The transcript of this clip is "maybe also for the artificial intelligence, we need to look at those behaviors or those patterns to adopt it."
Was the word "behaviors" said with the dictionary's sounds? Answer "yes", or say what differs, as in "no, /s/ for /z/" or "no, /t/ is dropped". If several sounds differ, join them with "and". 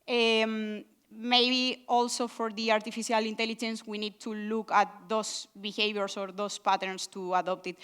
no, /b/ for /v/ and /s/ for /z/